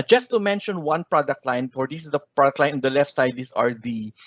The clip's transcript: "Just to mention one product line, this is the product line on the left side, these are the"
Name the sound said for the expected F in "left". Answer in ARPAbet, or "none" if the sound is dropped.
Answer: F